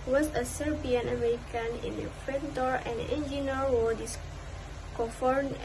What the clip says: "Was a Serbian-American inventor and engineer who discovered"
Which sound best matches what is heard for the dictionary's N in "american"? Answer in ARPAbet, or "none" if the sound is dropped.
N